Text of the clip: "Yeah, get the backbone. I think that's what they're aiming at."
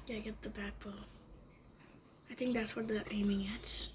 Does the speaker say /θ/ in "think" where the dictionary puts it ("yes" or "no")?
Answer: yes